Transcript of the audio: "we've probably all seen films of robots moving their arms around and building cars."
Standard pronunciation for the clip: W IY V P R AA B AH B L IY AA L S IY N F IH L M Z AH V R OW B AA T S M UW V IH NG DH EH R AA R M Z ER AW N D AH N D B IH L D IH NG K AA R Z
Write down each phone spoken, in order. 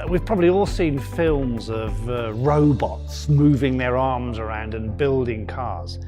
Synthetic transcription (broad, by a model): W IY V P R AA B AH B L IY AA L S IY N F IH L M Z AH V R OW B AA T S M UW V IH NG DH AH R AA R M Z ER AW N D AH N B IH L D IH NG K AA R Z